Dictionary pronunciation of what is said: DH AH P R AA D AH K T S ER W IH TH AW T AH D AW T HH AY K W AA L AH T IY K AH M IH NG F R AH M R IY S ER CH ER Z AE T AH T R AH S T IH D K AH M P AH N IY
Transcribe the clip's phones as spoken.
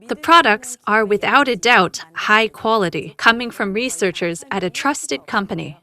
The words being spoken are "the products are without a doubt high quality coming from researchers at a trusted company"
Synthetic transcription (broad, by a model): DH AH P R AA D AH K T S ER W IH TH AW T AH D AW T HH AY K W AA L AH T IY K AH M IH NG F R AH M R IY S ER CH ER Z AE T AH T R AH S T IH D K AH M P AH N IY